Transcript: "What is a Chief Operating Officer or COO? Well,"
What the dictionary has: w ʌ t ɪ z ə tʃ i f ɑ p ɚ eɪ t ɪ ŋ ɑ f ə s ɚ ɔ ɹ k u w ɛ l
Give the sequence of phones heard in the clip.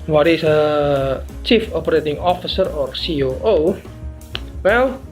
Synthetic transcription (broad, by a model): w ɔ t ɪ s ə tʃ i f ɑ p ɚ eɪ t ɪ ŋ ɑ f ə s ɚ ɔ ɹ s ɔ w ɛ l